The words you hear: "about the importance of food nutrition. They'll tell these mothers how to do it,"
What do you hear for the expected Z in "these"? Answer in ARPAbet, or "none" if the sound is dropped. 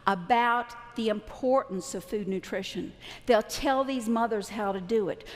Z